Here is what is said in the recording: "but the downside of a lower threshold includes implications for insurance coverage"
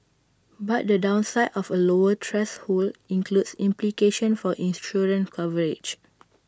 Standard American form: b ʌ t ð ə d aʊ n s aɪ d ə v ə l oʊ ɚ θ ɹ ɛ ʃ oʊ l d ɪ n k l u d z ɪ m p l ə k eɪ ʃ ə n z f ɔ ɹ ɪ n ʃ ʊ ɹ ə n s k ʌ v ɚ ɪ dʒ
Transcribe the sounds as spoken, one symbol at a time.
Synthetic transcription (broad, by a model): b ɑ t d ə d aʊ n s aɪ d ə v ə l oʊ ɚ t ɹ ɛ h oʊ l ɪ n k l u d s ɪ m p l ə k eɪ ʃ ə n f ɔ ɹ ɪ n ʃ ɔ ɹ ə n k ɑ v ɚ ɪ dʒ